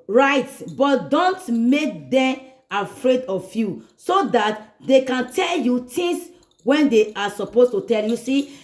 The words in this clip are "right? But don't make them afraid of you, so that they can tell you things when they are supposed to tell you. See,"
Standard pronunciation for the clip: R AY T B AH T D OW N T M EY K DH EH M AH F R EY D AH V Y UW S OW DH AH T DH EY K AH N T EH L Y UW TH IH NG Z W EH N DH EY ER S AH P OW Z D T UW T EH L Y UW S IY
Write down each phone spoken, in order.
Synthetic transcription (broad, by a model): R AY T B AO T D OW N T M EY K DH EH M AH F R EY D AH F Y UW S OW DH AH T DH EY K AH N T EH L Y UW T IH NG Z W EH N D EY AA S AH P OW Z T UW T EH L Y UW S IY